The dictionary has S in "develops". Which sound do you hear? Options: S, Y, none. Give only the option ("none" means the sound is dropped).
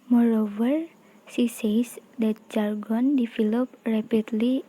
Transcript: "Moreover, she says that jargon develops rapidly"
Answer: none